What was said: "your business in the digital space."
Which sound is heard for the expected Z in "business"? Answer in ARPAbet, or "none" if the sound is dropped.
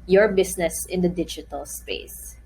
S